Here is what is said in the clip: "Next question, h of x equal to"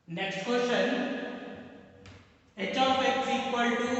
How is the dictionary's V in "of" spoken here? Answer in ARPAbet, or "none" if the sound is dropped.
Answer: P